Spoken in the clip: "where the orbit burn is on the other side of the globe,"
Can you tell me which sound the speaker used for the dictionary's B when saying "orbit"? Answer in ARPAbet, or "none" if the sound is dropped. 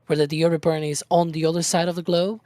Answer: none